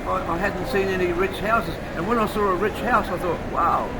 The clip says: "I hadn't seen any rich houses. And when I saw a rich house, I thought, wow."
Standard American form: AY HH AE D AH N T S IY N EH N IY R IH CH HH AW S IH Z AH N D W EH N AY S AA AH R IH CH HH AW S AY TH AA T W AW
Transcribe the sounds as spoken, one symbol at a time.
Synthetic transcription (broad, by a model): AY HH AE D N T S IY N EH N IY R IH CH HH AW S IH Z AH N W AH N AY S AA AH R IH CH HH AW S AY TH AA T W AW